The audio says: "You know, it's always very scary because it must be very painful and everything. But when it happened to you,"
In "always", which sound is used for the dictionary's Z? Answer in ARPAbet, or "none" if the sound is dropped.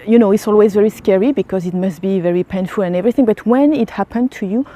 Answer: Z